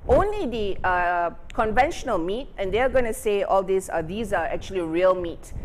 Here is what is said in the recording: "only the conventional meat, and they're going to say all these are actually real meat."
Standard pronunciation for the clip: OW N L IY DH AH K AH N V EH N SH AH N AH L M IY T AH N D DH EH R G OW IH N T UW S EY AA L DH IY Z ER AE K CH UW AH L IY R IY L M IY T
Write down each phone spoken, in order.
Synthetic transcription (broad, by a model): OW N L IY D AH K AH N V EH N SH AH N AH L M IY T AH N D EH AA G OW IH N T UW S EY AA L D IY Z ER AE K CH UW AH L IY R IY L M IY T